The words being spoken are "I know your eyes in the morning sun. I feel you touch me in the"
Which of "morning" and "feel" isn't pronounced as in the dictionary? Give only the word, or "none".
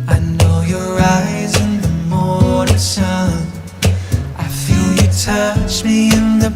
morning